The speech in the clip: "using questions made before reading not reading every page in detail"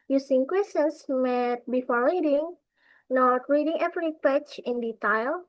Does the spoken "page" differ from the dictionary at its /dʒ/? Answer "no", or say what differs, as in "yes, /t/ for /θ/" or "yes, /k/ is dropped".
yes, /tʃ/ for /dʒ/